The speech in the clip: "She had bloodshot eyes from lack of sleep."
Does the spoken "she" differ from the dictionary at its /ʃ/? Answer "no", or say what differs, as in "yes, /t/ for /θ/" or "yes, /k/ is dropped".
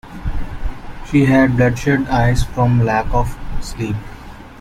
no